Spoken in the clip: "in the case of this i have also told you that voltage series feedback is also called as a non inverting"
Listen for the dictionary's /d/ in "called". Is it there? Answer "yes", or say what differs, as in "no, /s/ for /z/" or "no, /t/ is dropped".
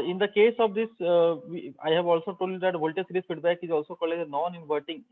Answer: no, /d/ is dropped